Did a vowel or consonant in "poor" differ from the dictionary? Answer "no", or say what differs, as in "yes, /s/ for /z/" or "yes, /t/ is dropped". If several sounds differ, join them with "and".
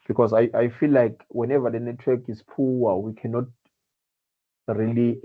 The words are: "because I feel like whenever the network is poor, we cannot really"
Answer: yes, /w/ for /ɹ/